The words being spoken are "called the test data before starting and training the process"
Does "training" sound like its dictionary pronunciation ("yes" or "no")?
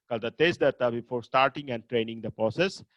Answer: yes